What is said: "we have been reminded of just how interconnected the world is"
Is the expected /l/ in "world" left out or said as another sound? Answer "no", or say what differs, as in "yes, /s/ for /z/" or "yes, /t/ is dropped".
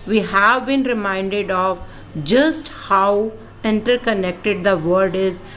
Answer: yes, /l/ is dropped